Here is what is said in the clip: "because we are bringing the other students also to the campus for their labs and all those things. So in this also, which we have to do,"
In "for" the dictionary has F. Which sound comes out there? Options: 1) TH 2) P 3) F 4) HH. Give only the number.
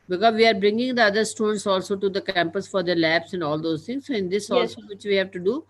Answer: 3